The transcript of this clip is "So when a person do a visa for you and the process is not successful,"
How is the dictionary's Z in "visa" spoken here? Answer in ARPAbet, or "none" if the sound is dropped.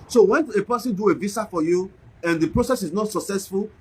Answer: S